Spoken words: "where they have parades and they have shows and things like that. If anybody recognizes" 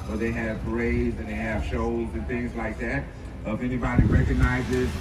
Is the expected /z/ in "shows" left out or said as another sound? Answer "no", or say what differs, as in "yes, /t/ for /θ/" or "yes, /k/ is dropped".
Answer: no